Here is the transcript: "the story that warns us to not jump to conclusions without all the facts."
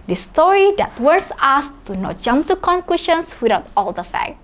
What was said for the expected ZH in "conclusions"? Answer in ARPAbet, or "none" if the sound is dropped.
SH